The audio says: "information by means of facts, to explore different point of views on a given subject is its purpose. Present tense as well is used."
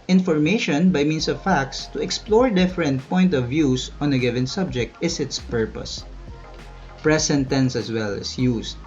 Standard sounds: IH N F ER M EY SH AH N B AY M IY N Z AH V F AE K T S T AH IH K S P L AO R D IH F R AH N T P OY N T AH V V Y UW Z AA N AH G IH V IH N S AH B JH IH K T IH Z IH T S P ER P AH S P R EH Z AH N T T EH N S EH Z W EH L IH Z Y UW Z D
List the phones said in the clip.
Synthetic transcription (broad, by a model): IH N F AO M EY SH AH N B AY M IY N S AH V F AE K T S T AH IH K S P L AO R D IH F R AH N T P OY N T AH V V Y UW S AA N AH G IH V IH N S AH B JH IH K T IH S IH T S P ER P AH S P R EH S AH N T T EH N S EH S W EH L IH S Y UW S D